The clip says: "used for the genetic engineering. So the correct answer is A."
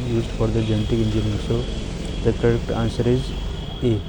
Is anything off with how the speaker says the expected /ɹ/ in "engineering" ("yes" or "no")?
yes